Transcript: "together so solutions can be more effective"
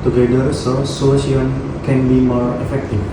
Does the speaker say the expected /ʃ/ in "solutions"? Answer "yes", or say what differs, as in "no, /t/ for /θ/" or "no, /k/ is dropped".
no, /ʃ/ is dropped